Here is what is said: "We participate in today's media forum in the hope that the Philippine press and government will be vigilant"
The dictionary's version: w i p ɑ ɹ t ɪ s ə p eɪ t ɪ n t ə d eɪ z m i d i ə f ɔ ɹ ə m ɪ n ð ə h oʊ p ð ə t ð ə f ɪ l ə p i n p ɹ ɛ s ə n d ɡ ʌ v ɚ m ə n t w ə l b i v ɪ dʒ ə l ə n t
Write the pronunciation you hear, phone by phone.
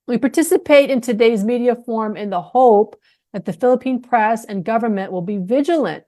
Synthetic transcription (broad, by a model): w i p ɑ ɹ t ɪ s ə p eɪ t ɪ n t ə d eɪ z m i d i ə f ɔ ɹ m ɪ n ð ə h oʊ p ð ə t ð ə f ɪ l ə p i n p ɹ ɛ s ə n ɡ ʌ v ɚ m ə n t w ə l b i v ɪ dʒ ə l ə n t